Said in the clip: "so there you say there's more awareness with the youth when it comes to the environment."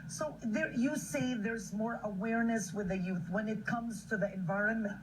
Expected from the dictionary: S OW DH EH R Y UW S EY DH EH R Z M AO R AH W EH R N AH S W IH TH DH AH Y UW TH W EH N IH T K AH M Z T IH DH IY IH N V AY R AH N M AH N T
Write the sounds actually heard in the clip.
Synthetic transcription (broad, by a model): S OW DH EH R Y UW S EY DH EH R Z M AO R AH W EH R N AH S W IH DH AH Y UW TH W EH N IH T K AH M Z T IH DH IY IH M V AY R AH N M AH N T